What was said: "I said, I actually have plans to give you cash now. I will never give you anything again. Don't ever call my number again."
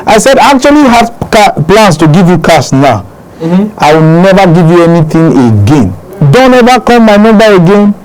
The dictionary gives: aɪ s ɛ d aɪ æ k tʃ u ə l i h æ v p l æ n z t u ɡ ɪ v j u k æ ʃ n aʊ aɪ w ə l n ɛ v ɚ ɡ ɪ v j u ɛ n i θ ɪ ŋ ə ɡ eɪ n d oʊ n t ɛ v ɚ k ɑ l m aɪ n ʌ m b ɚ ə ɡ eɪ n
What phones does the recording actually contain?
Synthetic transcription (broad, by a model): aɪ s ɛ d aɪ k tʃ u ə l i h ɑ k p l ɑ n s t u ɡ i v j u k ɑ s n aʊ aɪ w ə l n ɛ v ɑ ɡ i v j u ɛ n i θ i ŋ ə ɡ eɪ n d oʊ n t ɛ v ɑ k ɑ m m aɪ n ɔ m b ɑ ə ɡ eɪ n